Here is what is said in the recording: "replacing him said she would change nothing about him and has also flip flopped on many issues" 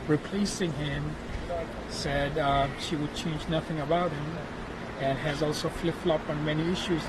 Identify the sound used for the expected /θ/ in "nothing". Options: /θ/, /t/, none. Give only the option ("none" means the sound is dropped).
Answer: /θ/